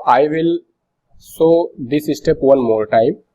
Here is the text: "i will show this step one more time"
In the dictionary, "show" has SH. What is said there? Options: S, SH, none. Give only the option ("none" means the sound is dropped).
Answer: S